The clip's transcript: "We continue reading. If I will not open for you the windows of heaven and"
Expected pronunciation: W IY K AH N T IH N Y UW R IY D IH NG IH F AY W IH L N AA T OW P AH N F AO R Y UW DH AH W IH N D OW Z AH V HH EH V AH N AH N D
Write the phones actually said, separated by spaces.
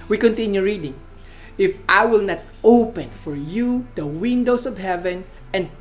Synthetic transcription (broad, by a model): W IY K AH N T IH N Y UW R IY D IH NG IH F AY W IH L N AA T OW P AH N F AO R Y UW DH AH W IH N D OW S AH V HH EH V AH N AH N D